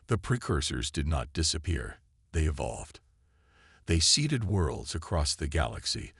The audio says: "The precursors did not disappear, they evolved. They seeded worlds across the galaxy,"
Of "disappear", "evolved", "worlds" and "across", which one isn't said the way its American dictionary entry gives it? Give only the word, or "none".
none